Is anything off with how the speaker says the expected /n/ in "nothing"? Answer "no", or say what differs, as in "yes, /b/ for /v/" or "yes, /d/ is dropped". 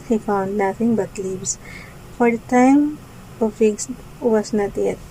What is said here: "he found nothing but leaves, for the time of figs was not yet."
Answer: yes, /l/ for /n/